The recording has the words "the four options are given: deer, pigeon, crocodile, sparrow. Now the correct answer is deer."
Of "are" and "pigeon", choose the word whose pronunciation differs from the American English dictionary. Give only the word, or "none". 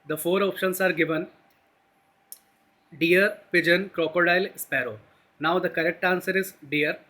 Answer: none